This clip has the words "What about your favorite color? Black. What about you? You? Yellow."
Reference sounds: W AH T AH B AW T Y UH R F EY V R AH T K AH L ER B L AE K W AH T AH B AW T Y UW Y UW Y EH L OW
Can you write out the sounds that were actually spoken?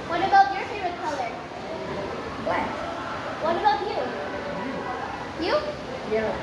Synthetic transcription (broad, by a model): W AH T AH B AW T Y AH R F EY R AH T K AH L ER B L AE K W AH T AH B AW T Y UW Y UW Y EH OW